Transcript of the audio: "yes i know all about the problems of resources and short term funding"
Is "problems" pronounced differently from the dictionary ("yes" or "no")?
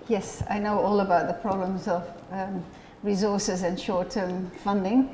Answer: no